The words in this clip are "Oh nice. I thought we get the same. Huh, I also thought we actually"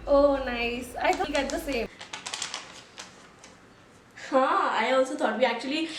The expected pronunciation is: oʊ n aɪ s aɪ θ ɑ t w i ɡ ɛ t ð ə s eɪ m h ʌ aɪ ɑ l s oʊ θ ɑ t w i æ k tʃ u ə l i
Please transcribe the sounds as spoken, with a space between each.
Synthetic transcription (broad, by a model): oʊ n aɪ s aɪ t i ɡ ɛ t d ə s eɪ m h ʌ aɪ ɑ l s oʊ t ɑ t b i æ k tʃ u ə l i